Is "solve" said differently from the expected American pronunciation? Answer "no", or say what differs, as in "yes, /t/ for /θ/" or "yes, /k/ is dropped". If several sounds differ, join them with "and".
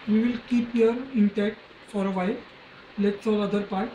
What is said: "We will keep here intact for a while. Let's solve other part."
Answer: yes, /v/ is dropped